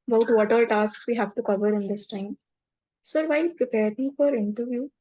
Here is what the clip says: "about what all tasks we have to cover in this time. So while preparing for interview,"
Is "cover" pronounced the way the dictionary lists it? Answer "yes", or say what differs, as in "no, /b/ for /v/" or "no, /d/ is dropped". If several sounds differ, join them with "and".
yes